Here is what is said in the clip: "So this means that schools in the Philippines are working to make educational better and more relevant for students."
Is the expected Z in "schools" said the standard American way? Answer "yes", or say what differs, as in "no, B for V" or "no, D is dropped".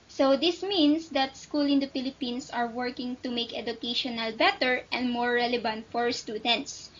no, Z is dropped